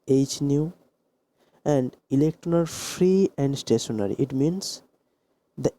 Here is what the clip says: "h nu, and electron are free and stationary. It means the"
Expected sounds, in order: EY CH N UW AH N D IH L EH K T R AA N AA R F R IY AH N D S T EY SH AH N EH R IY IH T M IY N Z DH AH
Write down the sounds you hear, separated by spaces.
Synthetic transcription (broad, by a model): EY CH N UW AH N D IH L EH K T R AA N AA L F R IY AH N D S T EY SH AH N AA R IY IH T M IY N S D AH